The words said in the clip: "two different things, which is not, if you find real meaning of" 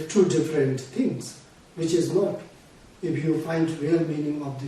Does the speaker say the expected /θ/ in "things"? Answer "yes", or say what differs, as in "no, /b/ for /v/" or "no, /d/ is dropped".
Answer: no, /t/ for /θ/